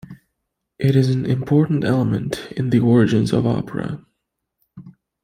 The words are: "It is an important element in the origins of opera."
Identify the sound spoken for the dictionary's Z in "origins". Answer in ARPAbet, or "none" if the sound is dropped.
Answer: Z